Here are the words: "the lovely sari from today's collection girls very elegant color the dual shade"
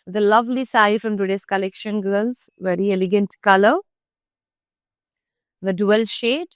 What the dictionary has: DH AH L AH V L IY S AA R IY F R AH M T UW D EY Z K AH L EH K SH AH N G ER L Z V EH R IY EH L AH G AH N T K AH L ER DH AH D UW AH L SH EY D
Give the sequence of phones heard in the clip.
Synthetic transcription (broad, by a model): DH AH L AH V L IY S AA IY F R AH M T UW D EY S K AH L EH K SH AH N G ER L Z V EH R IY EH L AH G AH N T K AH L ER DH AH D UW AH L SH EY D